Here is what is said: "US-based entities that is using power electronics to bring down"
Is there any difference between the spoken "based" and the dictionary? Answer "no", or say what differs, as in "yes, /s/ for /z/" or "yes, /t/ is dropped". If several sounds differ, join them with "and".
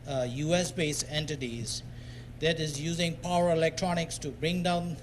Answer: yes, /t/ is dropped